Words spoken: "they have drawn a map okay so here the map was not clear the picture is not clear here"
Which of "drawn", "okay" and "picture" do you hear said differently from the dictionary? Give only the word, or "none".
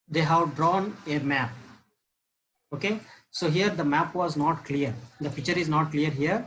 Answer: picture